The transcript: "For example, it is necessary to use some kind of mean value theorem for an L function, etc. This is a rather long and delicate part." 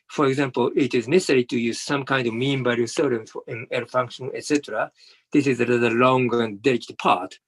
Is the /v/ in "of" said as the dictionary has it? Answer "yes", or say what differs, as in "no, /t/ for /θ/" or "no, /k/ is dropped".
yes